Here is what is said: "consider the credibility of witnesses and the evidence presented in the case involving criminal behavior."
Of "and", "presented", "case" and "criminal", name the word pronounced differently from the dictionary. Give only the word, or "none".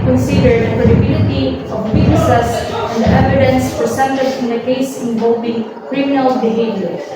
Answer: presented